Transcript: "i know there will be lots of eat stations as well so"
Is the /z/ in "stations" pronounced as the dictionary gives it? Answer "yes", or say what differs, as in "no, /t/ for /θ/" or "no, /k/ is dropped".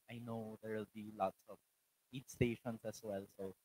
no, /s/ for /z/